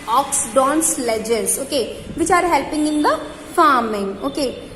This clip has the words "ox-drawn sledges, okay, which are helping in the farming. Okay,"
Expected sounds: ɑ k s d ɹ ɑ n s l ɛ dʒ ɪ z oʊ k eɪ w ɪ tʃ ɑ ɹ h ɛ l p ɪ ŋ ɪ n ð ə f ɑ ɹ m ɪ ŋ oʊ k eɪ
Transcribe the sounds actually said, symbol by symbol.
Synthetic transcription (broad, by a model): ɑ k s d ɑ n s l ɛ dʒ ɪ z oʊ k eɪ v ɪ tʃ ɑ ɹ h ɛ l p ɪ ŋ ɪ n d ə f ɑ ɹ m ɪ ŋ oʊ k eɪ